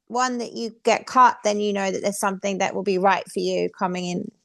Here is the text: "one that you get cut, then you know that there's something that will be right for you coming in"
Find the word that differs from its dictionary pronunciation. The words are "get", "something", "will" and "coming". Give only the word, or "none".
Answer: none